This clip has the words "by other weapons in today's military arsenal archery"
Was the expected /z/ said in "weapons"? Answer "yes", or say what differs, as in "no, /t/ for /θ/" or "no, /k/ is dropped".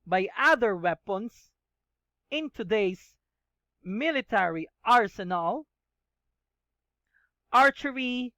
no, /s/ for /z/